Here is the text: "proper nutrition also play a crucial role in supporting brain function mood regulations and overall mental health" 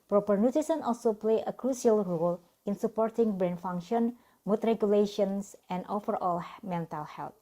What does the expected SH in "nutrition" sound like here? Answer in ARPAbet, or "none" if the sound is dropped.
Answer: S